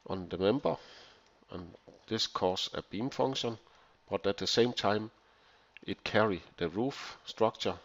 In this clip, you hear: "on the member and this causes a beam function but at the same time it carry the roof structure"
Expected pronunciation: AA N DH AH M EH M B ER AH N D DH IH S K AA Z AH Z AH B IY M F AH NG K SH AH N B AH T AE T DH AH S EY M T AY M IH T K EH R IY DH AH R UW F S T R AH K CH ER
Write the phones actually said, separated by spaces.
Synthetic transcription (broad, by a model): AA N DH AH M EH M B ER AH N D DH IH S K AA S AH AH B IY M F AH NG SH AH N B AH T AE T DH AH S EY M T AY M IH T K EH R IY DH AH R UW F S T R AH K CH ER